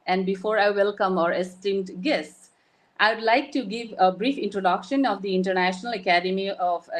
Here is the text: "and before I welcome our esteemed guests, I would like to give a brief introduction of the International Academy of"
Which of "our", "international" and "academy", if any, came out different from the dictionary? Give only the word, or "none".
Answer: none